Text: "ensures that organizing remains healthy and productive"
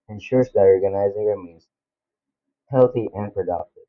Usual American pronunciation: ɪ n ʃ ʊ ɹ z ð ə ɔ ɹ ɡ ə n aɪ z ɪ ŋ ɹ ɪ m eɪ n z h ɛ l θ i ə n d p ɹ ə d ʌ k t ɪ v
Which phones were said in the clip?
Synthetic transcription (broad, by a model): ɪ n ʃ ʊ ɹ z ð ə ɔ ɹ ɡ ə n aɪ z ɪ ŋ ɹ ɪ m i z h ɛ l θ i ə n p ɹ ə d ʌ k t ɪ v